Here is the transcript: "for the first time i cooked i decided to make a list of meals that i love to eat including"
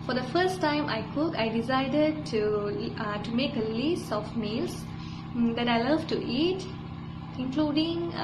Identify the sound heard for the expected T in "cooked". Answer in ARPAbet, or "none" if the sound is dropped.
none